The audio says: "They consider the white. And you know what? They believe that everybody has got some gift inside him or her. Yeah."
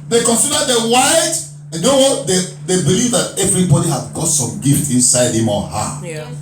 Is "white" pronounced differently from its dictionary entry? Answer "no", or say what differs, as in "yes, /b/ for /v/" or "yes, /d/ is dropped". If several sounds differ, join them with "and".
yes, /t/ is dropped